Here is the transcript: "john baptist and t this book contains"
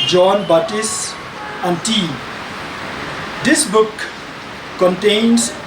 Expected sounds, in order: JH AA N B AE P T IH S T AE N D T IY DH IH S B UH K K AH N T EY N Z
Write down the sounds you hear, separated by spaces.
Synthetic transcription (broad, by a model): JH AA N B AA T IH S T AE N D T IY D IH S B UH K K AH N T EY N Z